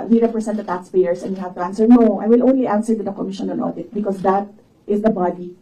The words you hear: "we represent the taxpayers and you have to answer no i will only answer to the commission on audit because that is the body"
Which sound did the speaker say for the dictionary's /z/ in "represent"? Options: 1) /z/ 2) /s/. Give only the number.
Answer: 2